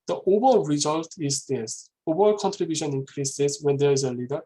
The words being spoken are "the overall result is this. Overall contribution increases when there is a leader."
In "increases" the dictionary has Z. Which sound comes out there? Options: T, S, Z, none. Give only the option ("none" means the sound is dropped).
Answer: S